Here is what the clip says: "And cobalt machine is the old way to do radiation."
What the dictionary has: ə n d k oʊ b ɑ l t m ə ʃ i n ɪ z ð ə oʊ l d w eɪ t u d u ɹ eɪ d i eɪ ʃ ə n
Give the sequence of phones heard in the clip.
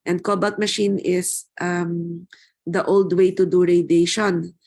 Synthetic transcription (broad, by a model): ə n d k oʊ b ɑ t m ə ʃ i n ɪ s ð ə oʊ l d w eɪ t u d u ɹ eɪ d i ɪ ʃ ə n